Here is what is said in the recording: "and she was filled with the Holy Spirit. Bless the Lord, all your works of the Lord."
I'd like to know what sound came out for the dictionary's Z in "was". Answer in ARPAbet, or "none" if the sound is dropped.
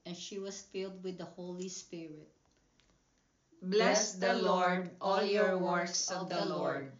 S